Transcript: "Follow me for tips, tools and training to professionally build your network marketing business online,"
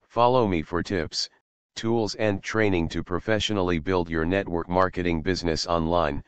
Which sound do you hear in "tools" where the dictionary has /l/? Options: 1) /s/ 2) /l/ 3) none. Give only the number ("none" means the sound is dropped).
2